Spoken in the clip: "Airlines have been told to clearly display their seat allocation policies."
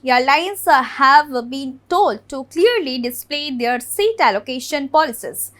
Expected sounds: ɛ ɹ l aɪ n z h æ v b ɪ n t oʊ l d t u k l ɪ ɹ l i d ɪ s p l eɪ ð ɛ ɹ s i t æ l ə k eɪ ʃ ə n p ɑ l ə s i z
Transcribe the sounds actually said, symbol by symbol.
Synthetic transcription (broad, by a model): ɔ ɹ l aɪ n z h æ v b ɪ n t oʊ l d t u k l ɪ ɹ l i d ɪ s p l eɪ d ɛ ɹ s i t æ l ə k eɪ ʃ ə n p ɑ l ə s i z